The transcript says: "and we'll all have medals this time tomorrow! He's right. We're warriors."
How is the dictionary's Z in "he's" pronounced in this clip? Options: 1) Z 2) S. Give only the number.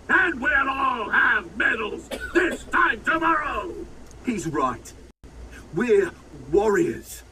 1